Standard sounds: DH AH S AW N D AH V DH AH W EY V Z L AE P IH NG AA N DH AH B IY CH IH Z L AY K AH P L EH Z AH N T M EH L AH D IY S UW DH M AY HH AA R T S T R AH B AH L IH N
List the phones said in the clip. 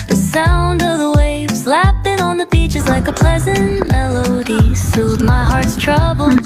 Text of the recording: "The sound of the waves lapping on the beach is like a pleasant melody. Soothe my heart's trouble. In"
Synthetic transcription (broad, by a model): DH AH S AW N D AH V DH AH W EY V Z L AE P IH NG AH N DH AH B IY CH IH Z L AY K AH P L EH Z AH N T M EH L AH D IY S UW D M AY HH AA R T S T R AH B L